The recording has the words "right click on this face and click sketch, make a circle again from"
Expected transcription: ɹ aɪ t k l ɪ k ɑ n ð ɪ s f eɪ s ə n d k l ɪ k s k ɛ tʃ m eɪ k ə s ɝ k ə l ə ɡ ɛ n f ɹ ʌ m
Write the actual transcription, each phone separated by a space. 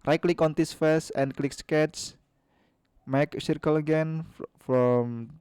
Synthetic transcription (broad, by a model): ɹ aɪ k l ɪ k ɑ n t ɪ s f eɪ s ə n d k l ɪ k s k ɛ s m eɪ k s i k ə l ə ɡ ɛ n f ɹ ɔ m